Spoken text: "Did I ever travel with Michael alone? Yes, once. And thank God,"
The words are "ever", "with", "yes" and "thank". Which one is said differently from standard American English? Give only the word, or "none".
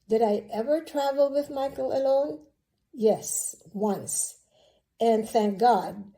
none